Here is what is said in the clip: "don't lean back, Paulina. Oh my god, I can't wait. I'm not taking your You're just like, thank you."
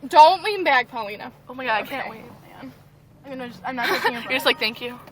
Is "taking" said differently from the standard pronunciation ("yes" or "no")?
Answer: yes